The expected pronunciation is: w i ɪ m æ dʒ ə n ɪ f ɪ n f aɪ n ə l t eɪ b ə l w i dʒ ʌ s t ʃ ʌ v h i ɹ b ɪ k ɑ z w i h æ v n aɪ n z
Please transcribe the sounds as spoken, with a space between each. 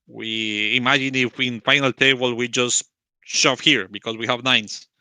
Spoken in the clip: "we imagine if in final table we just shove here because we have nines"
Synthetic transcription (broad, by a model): w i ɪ m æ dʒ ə n ɪ f ɪ n f aɪ n ə l t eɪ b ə l w i dʒ ʌ s t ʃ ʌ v h i ɹ b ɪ k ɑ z w i h æ v n aɪ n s